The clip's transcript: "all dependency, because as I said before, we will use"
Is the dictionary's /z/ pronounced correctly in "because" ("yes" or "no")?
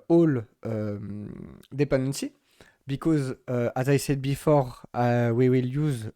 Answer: yes